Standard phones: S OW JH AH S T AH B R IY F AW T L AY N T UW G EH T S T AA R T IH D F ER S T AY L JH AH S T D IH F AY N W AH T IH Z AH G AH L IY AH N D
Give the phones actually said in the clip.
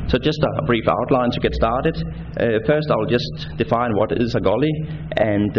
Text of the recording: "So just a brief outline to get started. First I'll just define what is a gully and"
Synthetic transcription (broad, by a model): S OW JH AH S T AH B R IY F AW T L AY N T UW G EH T S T AA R T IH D F ER S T AY L JH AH S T D IH F AY N W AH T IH S AH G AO L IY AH N